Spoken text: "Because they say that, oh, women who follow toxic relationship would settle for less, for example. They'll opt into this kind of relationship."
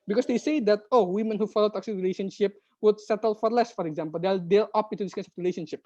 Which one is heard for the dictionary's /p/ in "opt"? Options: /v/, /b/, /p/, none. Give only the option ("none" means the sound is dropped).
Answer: none